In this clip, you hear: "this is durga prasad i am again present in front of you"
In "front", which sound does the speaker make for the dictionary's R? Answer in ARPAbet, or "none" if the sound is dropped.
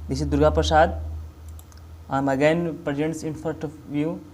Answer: none